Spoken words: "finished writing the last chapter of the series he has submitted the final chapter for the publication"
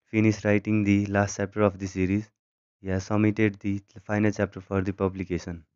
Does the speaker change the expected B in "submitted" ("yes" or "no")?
yes